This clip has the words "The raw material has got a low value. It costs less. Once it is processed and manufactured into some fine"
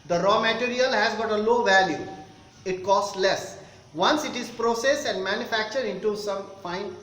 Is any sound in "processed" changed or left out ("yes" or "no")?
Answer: yes